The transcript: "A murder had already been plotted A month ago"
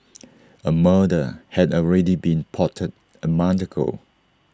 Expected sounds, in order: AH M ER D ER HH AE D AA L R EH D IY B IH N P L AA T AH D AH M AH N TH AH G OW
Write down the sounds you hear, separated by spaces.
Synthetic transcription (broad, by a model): AH M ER D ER HH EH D AA L R EH D IY B IH N P AA T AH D AH M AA N T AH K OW